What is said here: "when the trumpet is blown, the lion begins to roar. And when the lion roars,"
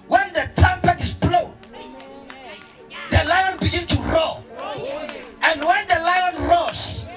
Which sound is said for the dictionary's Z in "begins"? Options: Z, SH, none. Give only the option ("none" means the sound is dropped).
none